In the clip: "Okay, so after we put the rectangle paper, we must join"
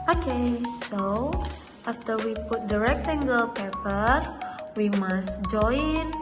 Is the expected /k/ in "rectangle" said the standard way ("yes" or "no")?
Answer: yes